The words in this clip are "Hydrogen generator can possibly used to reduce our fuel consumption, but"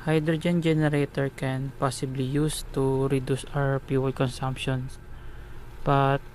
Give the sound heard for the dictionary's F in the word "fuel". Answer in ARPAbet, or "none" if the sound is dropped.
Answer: P